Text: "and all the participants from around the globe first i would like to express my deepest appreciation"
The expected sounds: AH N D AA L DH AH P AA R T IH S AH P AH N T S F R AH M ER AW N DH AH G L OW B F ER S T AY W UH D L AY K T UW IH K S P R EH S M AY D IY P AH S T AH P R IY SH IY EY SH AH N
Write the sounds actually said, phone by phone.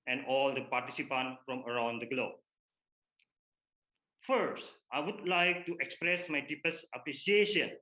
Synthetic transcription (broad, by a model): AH N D AA L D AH P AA R T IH S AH P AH N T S F R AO M ER AW N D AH G L OW B F ER S T AY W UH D L AY K T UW IH K S P R EH S M AY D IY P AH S AH P R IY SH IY EY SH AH N